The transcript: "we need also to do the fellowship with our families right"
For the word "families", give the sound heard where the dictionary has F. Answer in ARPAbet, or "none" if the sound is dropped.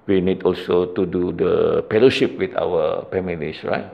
P